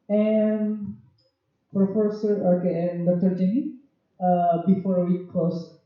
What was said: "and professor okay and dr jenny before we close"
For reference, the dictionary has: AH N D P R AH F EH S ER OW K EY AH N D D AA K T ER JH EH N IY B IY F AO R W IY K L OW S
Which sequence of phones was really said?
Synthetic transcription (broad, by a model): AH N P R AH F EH S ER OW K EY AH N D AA T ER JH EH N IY B IY F AO R W IY K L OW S